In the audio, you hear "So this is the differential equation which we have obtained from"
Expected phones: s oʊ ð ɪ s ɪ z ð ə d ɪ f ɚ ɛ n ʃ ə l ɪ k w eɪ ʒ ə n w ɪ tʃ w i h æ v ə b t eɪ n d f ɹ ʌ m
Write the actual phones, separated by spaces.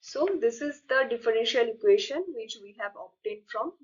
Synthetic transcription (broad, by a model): s oʊ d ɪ s ɪ z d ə d ɪ f ɚ ɛ n ʃ ə l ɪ k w eɪ ʃ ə n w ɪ tʃ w i h æ v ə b t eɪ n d f ɹ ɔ m